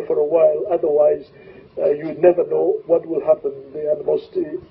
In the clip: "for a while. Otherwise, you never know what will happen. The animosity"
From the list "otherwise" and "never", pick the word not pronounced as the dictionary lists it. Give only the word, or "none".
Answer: none